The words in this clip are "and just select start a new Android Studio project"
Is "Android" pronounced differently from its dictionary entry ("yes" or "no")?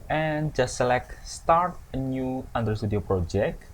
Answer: yes